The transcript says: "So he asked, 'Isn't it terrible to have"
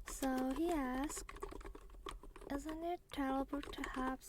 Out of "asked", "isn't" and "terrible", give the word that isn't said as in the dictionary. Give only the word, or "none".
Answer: terrible